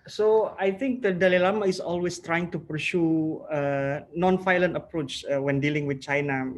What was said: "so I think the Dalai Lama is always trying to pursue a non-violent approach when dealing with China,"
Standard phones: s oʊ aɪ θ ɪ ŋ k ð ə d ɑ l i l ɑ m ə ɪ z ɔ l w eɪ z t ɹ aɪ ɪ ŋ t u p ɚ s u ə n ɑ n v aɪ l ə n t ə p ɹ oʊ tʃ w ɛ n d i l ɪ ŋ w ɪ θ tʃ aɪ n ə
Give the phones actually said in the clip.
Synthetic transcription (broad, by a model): s oʊ aɪ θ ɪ ŋ k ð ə d ɑ l i l ɑ m ə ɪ s ɔ l w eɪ s t ɹ aɪ ɪ ŋ t u p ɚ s u ə n ɑ n f aɪ l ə n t ə p ɹ oʊ tʃ w ɛ n d i l ɪ ŋ w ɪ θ tʃ aɪ n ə